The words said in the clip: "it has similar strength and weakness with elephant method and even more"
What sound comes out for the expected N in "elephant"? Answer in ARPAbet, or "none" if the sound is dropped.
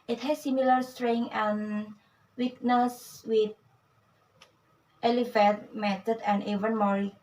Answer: none